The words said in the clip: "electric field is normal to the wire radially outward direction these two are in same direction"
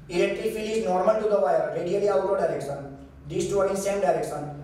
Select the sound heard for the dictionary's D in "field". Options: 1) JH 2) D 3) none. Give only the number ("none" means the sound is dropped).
3